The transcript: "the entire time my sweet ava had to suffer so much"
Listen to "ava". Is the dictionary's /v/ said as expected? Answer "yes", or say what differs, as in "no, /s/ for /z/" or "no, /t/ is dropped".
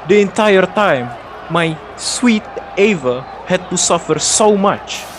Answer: yes